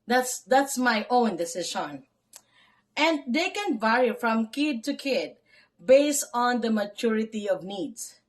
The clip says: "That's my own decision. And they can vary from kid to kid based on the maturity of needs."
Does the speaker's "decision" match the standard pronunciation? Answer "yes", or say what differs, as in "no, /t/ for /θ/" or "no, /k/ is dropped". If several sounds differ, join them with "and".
no, /ʃ/ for /ʒ/